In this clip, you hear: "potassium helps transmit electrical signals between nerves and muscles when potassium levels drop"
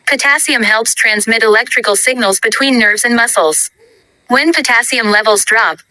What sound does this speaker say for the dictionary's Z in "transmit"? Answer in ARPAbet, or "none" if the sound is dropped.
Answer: Z